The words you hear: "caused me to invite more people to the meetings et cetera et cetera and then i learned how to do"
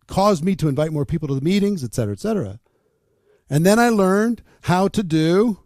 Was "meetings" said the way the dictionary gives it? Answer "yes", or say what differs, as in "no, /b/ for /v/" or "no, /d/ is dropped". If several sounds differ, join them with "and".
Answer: yes